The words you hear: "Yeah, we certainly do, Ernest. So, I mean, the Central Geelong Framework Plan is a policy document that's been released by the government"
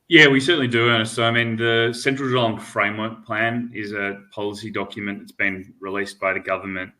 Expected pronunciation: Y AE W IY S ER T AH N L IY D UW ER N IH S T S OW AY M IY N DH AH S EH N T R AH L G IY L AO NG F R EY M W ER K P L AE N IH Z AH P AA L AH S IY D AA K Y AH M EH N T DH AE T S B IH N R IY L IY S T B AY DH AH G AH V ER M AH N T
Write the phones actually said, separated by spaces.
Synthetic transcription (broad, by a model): Y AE W IY S ER T N L IY D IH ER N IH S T S OW AY M IY N DH AH S EH N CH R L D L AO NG F R EY M W ER K P L AE N IH Z AH P AA L AH S IY D AA K Y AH M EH N DH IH T S B IH N R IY L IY S B AY DH AH G AH V ER M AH N T